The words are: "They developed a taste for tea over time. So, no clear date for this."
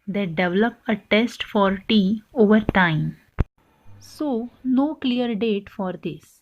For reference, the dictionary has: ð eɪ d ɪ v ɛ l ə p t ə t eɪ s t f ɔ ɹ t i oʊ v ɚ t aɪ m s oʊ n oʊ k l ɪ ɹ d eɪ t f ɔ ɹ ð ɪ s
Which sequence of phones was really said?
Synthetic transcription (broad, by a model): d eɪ d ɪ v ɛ l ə p ə t eɪ s t f ɔ ɹ t i oʊ v ɚ t aɪ m s oʊ n oʊ k l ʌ ɹ d eɪ t f ɔ ɹ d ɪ s